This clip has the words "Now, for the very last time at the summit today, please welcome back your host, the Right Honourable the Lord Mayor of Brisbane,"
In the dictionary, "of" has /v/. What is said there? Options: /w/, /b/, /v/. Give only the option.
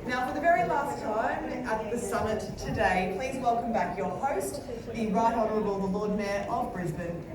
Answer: /v/